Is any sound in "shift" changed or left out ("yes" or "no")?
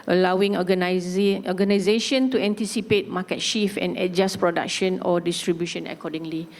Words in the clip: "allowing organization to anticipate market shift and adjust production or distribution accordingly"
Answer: yes